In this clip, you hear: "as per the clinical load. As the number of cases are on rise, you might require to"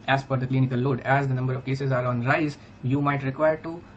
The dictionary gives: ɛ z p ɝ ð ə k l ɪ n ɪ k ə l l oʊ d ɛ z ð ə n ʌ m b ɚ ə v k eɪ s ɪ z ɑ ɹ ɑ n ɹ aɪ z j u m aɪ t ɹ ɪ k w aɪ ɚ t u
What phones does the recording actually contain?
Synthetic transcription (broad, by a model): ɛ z f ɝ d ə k l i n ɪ k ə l l oʊ d ɛ z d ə n ʌ m b ɚ ə v k eɪ s ɪ z ɑ ɹ ɑ n ɹ aɪ z j u m aɪ t ɹ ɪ k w aɪ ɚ t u